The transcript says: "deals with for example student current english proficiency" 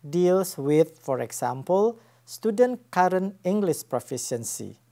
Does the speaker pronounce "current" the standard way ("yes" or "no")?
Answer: no